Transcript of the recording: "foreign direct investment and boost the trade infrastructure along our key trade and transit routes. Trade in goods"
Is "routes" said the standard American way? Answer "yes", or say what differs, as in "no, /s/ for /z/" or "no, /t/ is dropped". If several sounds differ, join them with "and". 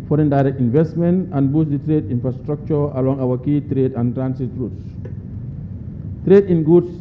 yes